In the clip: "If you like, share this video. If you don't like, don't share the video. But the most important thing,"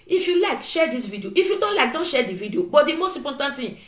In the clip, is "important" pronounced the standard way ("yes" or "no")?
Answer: no